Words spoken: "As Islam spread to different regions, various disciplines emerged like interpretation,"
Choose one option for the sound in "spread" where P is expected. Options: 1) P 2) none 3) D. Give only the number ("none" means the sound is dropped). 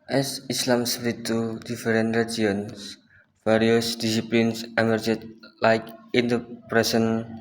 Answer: 2